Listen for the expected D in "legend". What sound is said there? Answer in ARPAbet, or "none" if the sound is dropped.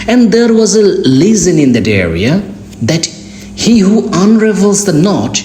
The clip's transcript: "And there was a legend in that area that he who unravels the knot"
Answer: none